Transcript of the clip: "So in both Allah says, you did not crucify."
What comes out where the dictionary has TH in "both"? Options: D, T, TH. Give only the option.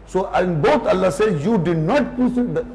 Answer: T